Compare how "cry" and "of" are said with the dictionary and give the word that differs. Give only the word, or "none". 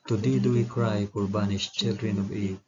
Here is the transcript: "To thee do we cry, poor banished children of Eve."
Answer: of